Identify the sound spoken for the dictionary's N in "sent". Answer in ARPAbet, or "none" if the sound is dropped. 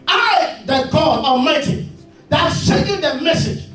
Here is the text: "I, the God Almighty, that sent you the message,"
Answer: none